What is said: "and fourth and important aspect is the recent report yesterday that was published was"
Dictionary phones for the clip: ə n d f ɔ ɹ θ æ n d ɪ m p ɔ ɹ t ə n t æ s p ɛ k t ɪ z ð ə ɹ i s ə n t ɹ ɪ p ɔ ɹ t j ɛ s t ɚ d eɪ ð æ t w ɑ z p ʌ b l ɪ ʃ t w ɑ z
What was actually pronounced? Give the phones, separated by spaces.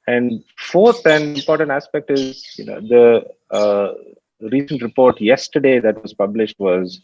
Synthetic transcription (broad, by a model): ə n d f ɔ ɹ t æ n d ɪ m p ɔ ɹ t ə n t æ s p ɛ k t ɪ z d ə ɹ i s ə n t ɹ ɪ p ɔ ɹ t j ɛ s t ɚ d eɪ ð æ t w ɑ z p ʌ b l ɪ ʃ t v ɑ z